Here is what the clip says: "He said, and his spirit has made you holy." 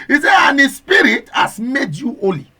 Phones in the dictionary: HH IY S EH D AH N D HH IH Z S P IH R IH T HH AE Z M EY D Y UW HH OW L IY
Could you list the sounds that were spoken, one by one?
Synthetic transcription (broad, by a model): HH IY S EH AH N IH S P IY R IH T HH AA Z M EY D Y UW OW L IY